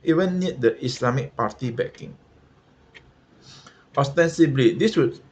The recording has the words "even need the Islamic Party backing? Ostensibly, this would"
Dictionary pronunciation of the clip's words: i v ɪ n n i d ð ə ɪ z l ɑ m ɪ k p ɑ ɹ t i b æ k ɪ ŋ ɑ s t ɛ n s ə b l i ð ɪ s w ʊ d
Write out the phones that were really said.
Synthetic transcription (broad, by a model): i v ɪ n n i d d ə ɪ s l ɑ m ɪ k p ɑ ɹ t i b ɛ k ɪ ŋ ɑ s t ɛ n s ə b l i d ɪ s w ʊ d